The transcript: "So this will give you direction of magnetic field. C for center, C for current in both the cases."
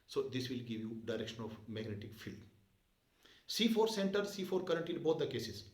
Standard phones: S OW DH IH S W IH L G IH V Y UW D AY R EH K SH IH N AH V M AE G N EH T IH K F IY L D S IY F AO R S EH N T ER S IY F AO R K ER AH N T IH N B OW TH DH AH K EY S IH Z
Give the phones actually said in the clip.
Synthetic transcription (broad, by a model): S OW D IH S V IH L G IH V Y UW D AY R EH K SH IH N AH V M AE G N EH T IH K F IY L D S IY F AO R S EH N T ER S IY F AO R K ER AH N T IH N B OW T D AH K EY S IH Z